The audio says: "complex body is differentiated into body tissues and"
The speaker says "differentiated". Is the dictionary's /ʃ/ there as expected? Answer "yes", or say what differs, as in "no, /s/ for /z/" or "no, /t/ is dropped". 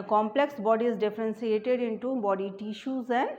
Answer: no, /s/ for /ʃ/